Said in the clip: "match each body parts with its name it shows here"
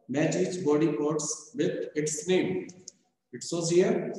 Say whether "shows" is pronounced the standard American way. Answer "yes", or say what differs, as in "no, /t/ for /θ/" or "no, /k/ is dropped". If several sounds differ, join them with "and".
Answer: no, /s/ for /ʃ/